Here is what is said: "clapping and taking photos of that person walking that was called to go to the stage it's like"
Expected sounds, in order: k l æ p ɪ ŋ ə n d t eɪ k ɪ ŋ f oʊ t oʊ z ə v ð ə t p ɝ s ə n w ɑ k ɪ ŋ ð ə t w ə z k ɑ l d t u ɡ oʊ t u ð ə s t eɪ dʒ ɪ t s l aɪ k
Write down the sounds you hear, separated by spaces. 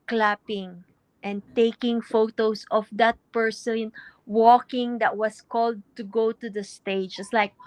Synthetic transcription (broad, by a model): k l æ p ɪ ŋ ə n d t eɪ k ɪ ŋ f oʊ t oʊ s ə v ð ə t p ɝ s ə n w ɑ k ɪ ŋ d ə t w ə s k ɑ l d t u ɡ oʊ t u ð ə s t eɪ dʒ ɪ t s l aɪ k